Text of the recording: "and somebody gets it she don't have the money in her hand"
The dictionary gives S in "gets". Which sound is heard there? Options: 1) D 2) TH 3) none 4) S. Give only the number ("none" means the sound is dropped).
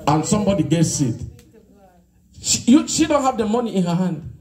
4